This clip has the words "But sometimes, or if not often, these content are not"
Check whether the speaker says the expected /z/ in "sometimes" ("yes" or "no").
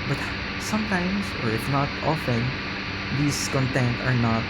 no